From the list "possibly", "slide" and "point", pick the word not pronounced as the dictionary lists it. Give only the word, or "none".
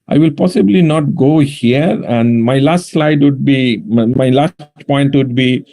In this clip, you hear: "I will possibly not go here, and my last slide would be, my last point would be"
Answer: none